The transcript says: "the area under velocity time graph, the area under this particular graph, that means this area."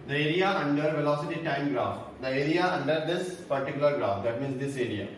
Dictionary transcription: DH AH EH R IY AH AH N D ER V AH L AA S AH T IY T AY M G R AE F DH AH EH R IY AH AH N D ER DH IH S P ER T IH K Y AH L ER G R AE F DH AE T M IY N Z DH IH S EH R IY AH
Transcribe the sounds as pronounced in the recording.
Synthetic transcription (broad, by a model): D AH EH R IY AH AH N D ER V AH L AA S AH T IY T AY M G R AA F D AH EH R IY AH AH N D ER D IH S P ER T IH K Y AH L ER G R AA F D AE T M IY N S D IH S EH R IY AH